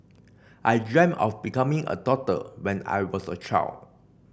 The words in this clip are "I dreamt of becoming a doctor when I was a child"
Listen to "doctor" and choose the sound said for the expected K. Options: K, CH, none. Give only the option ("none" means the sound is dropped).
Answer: none